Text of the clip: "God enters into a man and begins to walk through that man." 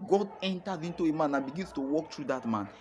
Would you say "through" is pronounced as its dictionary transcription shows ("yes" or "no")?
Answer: no